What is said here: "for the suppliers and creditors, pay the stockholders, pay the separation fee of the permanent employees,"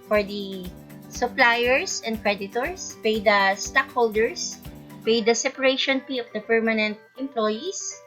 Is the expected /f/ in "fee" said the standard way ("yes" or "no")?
no